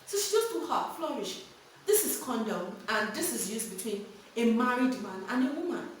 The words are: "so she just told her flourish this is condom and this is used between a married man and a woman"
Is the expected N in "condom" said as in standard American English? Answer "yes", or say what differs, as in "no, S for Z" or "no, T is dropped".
yes